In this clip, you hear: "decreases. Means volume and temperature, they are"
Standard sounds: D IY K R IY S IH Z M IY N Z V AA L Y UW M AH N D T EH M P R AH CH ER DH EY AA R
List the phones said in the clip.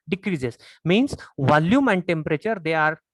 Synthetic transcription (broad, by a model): D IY K R IY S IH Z M IY N S V AA L Y UW M AH N D T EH M P R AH CH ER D EY AA R